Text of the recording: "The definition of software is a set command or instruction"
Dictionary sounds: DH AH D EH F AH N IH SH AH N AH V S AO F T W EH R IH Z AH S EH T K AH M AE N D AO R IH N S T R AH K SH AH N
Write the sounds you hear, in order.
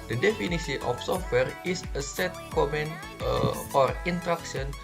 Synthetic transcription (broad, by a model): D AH D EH F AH N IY S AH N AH F S AO F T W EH R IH S AH S EH T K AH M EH N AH AO R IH N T R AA K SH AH N